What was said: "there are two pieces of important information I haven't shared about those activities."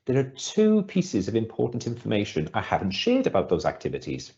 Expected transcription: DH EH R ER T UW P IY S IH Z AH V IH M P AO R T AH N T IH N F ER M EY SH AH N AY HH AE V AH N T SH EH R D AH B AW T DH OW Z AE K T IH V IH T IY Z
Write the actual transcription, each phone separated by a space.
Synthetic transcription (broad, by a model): DH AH R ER T UW P IY S IH Z AH V IH M P AO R T N T IH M F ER M EY SH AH N AY HH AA V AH N T SH EH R D AH B AW T DH OW Z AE K T IH V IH T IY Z